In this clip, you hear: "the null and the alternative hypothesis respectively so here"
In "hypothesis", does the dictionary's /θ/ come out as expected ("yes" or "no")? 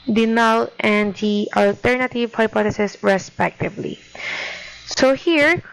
no